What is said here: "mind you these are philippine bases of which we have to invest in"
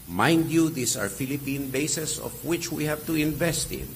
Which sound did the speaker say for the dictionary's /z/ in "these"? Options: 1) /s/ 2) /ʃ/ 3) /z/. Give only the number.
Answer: 1